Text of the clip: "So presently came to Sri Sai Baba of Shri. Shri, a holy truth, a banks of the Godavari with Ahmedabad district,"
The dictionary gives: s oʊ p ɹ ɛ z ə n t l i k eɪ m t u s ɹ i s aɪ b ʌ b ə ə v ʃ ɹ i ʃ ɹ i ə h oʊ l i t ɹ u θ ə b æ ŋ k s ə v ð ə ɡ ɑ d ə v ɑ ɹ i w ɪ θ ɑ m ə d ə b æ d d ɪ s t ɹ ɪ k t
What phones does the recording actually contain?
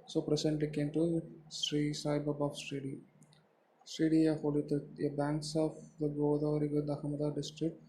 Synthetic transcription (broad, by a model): s oʊ p ɹ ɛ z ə n t l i k eɪ m t u s ɹ i s aɪ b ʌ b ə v s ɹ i s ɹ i ə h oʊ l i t u ə b æ ŋ k s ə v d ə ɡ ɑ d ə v ɹ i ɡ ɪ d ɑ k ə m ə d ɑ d d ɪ s t ɹ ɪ k t